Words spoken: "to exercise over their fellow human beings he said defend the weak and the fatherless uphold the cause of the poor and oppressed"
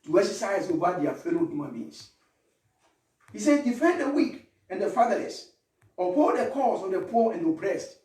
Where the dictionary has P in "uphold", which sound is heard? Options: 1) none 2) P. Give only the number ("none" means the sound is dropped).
1